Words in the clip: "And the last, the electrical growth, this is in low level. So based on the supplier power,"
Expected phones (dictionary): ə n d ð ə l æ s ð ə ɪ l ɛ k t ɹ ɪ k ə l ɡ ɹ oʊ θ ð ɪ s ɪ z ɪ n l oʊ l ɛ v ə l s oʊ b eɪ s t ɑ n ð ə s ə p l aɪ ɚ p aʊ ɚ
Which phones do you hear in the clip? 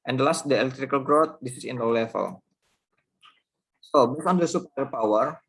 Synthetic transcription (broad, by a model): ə n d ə l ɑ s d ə ɪ l ɛ k t ɹ ɪ k ə l ɡ ɹ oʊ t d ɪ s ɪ s ɪ n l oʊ l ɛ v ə l s oʊ b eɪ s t ɑ n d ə s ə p aɪ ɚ p aʊ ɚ